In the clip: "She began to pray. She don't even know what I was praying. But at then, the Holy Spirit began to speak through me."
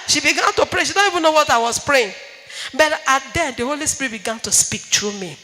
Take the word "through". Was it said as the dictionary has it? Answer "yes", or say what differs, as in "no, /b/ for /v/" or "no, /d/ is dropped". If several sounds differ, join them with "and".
no, /t/ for /θ/